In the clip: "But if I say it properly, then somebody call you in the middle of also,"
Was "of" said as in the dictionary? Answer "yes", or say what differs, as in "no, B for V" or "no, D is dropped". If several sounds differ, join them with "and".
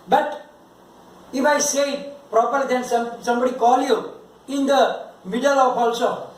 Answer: no, P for V